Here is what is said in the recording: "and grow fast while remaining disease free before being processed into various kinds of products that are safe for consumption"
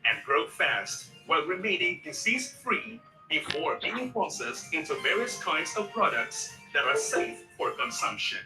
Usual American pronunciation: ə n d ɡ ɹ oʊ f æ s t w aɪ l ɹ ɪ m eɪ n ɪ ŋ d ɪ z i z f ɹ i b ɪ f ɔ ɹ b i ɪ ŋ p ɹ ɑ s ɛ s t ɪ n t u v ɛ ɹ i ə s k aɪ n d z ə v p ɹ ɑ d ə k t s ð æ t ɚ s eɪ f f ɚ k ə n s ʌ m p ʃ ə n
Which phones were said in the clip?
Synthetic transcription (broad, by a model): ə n ɡ ɹ oʊ f æ s t w aɪ l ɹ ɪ m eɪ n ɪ ŋ d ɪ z i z f ɹ i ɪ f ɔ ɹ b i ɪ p ɑ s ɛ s ɪ n t u v ɛ ɹ i ə s k aɪ n d z ə v p ɹ ɑ d ə k t s ð æ t ɚ s eɪ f f ɚ k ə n s ʌ m p ʃ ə n